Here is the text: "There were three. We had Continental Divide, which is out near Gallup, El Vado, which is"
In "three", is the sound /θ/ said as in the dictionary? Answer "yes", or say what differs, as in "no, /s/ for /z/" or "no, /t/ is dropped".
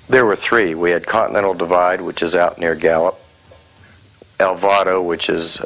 yes